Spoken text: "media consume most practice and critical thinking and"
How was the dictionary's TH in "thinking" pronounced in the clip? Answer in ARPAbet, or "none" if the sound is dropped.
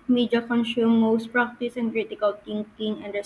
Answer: T